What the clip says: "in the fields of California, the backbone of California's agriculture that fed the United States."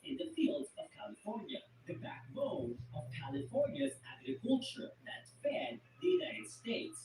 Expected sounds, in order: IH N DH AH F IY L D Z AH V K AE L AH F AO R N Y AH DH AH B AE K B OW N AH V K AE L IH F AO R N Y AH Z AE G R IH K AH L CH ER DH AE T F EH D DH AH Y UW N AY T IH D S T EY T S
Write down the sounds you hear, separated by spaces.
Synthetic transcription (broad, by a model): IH N DH AH F IY L D Z AH V K AE L AH F AO R N Y AH DH AH B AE K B OW AH V K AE L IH F AO R N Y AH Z AE G R IH K AH L CH ER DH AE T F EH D DH AH Y UW N AY T IH D S T EY T S